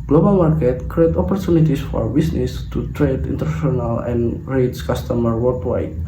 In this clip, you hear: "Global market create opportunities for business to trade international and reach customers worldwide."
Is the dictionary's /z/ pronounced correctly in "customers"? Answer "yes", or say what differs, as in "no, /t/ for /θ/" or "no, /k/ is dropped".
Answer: no, /z/ is dropped